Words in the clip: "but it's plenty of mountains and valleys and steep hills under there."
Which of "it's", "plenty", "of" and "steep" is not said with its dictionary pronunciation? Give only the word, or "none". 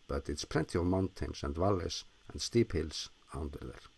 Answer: none